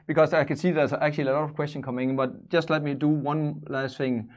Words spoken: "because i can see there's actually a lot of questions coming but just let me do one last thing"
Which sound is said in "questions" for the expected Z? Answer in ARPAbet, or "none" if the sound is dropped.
none